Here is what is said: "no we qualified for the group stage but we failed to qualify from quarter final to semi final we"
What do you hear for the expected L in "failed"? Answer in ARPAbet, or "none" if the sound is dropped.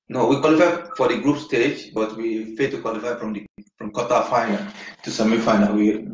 none